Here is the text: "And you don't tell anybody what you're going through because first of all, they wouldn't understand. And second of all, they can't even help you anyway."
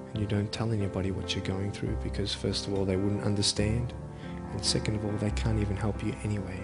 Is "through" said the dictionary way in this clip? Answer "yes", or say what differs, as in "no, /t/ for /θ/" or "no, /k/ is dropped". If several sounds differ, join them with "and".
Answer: yes